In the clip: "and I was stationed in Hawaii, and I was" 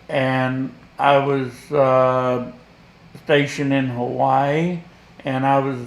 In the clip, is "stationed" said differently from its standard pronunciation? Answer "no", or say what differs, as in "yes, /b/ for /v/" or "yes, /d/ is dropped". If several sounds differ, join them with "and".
yes, /d/ is dropped